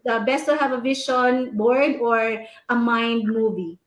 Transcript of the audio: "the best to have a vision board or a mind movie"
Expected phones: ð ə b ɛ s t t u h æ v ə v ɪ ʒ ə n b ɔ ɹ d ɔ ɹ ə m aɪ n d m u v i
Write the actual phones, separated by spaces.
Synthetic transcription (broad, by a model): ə b ɛ s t t u h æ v ə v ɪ ʃ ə n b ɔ ɹ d ɔ ɹ ə m aɪ n d m u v i